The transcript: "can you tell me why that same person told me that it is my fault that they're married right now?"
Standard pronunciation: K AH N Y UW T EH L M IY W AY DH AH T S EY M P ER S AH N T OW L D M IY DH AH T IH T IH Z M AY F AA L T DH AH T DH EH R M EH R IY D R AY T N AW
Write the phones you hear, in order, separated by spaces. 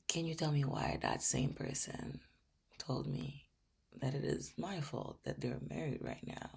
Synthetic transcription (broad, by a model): K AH N Y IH T EH L M IY W AY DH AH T S EY M P ER S AH N T OW L D M IY DH AH T IH T IH Z M AY F AA L T DH AH T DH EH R M EH R IY D R AY T N AW